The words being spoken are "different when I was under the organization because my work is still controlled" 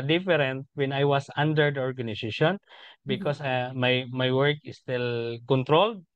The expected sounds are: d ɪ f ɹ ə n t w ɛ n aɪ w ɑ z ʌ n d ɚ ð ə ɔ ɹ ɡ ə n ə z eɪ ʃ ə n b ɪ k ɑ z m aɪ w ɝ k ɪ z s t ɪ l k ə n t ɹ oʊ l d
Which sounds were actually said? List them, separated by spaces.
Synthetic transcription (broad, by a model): d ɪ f ɹ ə n t w ɛ n aɪ w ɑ s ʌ n d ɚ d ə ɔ ɹ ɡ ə n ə s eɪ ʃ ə n b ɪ k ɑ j m aɪ w ɝ k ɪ s t ɪ l k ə n t ɹ oʊ l d